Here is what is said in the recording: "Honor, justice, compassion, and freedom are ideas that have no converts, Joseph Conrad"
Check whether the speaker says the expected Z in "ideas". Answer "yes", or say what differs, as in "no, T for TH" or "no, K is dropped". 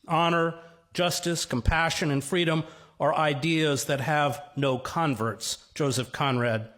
yes